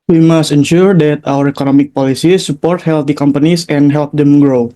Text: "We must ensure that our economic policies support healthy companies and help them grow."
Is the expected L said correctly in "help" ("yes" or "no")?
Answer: yes